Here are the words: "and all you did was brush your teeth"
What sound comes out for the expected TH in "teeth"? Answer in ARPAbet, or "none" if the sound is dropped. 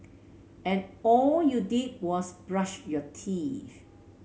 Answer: F